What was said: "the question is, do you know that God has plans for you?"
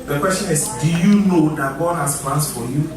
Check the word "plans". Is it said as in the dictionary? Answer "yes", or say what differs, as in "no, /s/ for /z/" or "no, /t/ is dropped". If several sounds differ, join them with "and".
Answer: no, /s/ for /z/